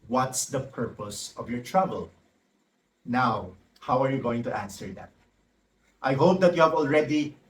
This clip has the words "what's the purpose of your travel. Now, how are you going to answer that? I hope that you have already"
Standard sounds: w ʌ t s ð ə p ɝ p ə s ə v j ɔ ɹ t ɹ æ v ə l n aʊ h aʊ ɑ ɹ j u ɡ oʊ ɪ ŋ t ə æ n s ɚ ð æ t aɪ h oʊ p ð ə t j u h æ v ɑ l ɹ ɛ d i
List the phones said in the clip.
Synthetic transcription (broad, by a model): w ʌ t s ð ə p ɝ p ə s ə v j ɔ ɹ t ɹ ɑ b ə l n aʊ h aʊ ɑ ɹ j u ɡ oʊ ɪ ŋ t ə æ n s ɚ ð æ t aɪ h oʊ p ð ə t j u h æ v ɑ l ɹ ɛ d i